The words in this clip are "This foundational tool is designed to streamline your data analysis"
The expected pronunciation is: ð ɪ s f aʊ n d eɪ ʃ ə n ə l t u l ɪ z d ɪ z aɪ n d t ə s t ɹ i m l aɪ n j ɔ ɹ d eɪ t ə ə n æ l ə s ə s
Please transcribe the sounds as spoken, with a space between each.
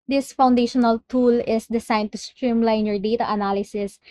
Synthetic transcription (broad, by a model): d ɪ s f aʊ n d eɪ ʃ ə n ə l t u l ɪ s d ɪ s aɪ n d t ə s t ɹ i m l aɪ n j ɔ ɹ d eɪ t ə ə n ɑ l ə s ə s